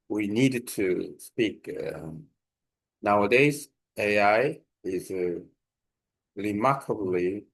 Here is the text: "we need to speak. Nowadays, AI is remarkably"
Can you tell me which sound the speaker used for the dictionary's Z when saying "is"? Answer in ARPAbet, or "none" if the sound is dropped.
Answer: Z